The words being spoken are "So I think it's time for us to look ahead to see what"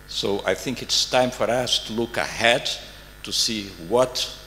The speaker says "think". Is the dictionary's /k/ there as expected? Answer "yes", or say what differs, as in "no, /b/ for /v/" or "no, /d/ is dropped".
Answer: yes